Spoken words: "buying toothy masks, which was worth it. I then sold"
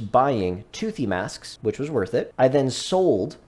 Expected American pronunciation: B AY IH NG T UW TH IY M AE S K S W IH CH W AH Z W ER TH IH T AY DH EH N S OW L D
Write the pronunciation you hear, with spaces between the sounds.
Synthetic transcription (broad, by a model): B AY IH NG T UW TH IY M AE S K S W IH CH W AH Z W ER TH IH T AY DH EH N S OW L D